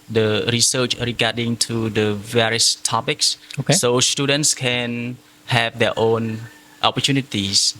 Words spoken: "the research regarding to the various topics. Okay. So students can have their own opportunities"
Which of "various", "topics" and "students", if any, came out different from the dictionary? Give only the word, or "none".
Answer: none